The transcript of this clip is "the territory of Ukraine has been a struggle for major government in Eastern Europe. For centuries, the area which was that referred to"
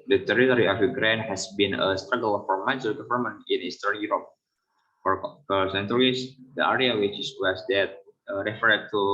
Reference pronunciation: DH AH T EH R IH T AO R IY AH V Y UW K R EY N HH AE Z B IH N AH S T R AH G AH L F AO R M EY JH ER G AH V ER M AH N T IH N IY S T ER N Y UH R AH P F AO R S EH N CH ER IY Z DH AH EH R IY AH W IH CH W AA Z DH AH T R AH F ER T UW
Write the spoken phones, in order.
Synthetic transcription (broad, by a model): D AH T EH R IH T AO R IY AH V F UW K R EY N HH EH S B IH N AH S T R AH G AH L F AO R M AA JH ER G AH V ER M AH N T IH N IY S T ER N Y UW R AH P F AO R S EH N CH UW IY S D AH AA R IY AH W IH S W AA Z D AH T R AH F ER T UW